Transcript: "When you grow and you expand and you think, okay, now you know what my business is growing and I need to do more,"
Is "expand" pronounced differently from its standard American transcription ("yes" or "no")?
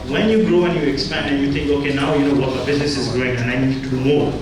no